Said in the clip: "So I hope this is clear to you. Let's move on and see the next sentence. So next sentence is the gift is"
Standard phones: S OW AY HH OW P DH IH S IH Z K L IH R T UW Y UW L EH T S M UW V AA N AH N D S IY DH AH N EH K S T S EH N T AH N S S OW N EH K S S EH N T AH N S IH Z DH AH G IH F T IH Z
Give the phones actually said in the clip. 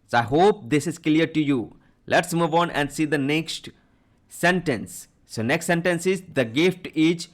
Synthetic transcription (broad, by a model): S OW AY HH OW P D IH S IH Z K L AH R T UW Y UW L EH T S M UW V AA N AH N D S IY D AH N EH K S T S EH N T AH N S S OW N EH K S S EH N T AH N S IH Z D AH G IH F T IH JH